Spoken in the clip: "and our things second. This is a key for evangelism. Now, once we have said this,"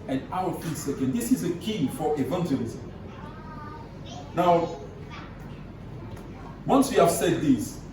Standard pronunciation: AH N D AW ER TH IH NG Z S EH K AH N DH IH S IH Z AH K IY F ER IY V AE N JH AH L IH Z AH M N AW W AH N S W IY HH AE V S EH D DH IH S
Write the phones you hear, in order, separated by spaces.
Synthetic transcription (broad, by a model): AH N AW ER F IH S EH K AH N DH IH S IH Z AH K IY F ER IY V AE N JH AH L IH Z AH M N AW W AH N S W IY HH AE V S EH D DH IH S